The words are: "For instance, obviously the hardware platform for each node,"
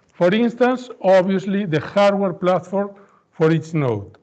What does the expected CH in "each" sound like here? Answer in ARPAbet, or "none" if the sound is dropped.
S